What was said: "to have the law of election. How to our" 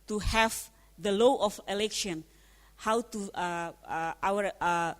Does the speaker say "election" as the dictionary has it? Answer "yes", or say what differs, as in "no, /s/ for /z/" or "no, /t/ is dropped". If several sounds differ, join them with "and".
yes